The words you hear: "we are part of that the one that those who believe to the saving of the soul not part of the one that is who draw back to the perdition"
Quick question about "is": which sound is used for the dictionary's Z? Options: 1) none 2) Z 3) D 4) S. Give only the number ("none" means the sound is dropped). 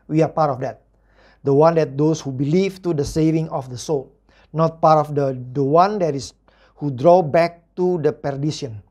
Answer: 4